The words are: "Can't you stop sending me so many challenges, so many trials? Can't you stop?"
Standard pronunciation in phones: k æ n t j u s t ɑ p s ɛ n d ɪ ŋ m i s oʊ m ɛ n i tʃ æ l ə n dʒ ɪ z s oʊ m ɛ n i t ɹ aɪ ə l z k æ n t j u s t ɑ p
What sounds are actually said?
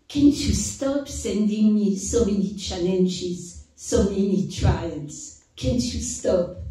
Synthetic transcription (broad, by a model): k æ n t j u s t ɑ p s ɛ n d ɪ ŋ m i s oʊ m ɛ n i tʃ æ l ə n ʃ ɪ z s oʊ m ɛ n i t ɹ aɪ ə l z k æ n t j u s t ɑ p